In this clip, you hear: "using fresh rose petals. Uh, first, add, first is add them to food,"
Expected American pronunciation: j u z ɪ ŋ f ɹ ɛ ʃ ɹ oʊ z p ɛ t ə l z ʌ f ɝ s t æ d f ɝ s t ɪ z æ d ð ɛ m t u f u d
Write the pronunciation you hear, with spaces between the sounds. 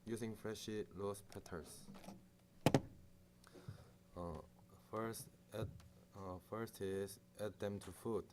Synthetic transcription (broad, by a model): j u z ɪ ŋ f ɹ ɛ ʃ l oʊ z p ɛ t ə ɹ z f ɝ s t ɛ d f ɝ s t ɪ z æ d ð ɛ m t u f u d